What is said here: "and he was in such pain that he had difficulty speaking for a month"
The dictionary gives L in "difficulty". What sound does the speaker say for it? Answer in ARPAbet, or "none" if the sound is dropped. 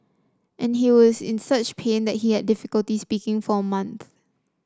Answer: L